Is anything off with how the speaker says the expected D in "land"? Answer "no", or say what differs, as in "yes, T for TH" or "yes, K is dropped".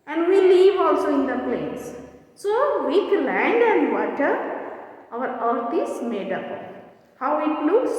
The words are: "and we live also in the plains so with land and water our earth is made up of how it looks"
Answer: no